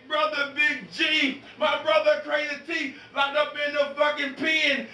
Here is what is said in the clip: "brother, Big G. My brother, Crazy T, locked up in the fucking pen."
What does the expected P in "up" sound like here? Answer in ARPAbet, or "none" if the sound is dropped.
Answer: B